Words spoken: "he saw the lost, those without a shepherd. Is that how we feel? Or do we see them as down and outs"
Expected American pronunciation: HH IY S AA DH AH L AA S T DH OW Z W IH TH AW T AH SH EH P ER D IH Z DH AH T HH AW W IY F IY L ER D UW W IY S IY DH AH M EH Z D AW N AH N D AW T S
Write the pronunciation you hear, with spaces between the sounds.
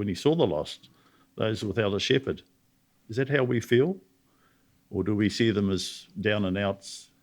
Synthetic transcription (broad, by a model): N IY S AA DH AH L AA S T DH OW Z W IH TH AW T AH SH EH P ER D IH Z DH AH T HH AW W IY F IY L ER D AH W IY S IY DH AH M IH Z D AW N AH N AW T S